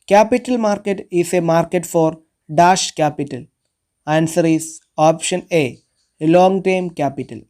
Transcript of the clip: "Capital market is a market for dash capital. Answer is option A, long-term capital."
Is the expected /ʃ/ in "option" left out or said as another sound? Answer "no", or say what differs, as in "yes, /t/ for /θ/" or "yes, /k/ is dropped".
no